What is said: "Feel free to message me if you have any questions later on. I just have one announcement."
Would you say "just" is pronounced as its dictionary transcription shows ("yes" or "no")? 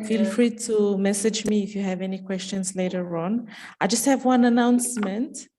yes